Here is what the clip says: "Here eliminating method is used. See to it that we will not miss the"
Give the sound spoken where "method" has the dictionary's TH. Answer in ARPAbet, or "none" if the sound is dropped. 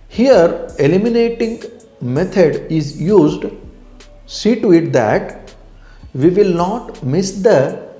T